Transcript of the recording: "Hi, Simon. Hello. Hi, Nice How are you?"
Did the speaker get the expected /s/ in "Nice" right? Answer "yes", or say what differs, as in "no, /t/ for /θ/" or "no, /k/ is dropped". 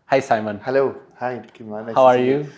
no, /s/ is dropped